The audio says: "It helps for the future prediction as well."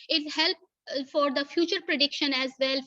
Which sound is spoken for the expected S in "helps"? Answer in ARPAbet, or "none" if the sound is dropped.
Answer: none